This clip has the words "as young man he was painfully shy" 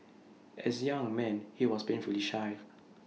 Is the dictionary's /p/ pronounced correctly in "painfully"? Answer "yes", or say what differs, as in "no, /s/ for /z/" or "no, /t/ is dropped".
no, /b/ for /p/